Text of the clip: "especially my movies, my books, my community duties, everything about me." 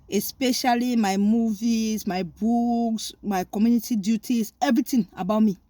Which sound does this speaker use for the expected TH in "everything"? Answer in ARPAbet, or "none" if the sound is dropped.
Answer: T